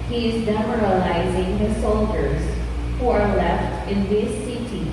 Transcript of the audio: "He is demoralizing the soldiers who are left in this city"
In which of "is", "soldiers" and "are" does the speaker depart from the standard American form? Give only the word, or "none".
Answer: none